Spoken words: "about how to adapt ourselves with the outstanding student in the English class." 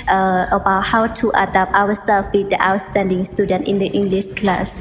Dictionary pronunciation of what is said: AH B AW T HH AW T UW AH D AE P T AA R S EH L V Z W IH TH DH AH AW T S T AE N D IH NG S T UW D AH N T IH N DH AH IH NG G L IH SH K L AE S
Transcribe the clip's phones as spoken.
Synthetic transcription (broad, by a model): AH B AW T HH AW T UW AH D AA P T AA W S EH L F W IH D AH AW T S T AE N D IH NG S T UW D AH N T IH N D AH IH NG G L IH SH K L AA S